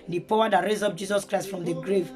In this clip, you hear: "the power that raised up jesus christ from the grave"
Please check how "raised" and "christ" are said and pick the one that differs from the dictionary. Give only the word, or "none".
raised